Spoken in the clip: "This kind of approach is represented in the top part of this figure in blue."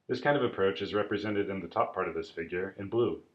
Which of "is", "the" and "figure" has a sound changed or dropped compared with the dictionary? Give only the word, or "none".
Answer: none